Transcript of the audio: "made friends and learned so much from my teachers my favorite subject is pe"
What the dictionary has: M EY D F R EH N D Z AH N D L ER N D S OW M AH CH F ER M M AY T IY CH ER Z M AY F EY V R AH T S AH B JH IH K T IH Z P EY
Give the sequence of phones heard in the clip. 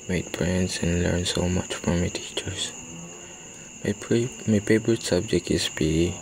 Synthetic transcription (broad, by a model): M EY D P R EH N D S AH N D L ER N S OW M AH CH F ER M M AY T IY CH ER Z M AY P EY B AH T S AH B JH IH K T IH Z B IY